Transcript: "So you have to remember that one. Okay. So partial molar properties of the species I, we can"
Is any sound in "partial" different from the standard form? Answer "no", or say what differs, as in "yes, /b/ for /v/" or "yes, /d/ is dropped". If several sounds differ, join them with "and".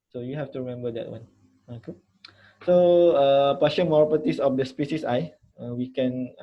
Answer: yes, /n/ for /l/